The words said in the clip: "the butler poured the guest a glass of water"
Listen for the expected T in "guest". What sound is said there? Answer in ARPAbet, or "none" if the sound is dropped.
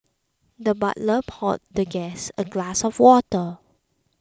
none